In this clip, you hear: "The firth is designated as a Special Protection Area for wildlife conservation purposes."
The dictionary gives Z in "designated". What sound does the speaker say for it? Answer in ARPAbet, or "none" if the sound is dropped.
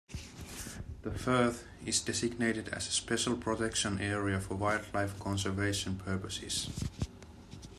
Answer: S